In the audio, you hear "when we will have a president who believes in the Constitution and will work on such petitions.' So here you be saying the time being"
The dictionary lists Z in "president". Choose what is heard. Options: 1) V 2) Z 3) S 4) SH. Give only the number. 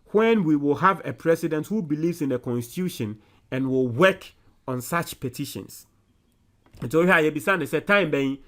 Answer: 3